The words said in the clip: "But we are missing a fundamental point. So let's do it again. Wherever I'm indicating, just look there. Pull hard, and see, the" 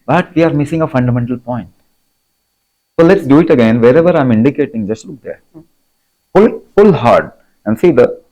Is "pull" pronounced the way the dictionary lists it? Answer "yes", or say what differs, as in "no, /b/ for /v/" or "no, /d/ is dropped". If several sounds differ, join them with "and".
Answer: no, /f/ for /p/